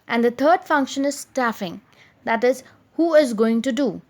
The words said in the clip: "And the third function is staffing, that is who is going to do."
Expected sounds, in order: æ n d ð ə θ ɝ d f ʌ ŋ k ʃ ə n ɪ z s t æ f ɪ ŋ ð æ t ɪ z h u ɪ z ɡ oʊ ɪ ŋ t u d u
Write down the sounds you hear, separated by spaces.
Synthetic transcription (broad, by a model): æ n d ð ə t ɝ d f ʌ ŋ k ʃ ə n ɪ z s t æ f ɪ ŋ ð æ t ɪ z h u ɪ z ɡ oʊ ɪ ŋ t u d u